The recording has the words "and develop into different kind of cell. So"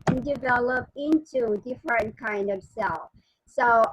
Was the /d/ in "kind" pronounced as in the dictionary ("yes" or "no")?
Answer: yes